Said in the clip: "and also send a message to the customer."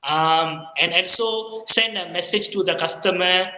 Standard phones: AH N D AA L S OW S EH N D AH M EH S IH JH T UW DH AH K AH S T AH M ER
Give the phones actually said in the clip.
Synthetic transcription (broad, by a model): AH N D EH N S OW S EH N D AH M EH S IH JH T UW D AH K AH S T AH M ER